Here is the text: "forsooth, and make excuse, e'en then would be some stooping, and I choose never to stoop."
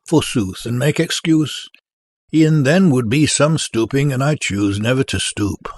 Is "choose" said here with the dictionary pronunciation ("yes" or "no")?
yes